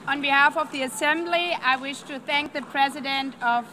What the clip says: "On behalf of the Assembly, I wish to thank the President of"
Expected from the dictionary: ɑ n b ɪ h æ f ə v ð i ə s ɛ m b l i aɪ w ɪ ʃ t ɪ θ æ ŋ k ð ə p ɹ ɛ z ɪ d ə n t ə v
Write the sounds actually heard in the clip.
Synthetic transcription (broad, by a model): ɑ n b ɪ h æ f ə v ð i ə s ɛ m b l i aɪ w ɪ ʃ t ɪ θ æ ŋ k ð ə p ɹ ɛ z ɪ d ə n t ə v